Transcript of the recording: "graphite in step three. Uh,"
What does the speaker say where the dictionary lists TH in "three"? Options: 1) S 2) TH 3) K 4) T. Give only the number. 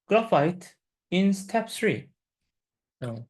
1